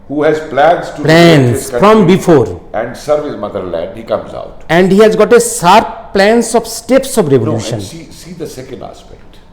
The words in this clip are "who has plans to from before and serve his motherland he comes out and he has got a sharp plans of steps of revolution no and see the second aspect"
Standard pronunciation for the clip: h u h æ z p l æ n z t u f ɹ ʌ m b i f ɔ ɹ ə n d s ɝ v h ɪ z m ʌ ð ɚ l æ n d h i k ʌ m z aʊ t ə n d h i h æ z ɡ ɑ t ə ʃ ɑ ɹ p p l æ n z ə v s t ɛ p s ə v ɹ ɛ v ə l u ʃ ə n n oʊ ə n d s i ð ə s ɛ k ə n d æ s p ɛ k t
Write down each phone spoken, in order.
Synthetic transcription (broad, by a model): h u h æ z p l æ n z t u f ɹ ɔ m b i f ɔ ɹ ə n d s ɝ v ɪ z m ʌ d ɚ l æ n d h i k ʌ m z aʊ t ə n d h i h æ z ɡ ɑ t ə s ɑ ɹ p p l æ n s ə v s t ɛ p s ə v ɹ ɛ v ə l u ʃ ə n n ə s i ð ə s ɛ k ə n d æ s p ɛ k t